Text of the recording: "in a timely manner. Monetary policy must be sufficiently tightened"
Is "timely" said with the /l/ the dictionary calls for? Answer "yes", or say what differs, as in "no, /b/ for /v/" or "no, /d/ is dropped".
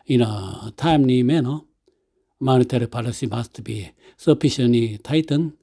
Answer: no, /n/ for /l/